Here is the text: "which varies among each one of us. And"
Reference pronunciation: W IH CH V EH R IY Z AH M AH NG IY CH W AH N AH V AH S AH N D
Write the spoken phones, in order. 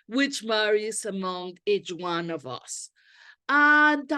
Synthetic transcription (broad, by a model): W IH CH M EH R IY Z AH M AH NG IY CH W AH N AH V AH S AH N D